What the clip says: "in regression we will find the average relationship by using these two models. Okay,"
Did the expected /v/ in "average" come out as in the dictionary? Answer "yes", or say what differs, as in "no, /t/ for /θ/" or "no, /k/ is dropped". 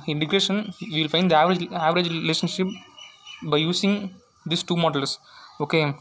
yes